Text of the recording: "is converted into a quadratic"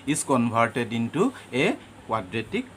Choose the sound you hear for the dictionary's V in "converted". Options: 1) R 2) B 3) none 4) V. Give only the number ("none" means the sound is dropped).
2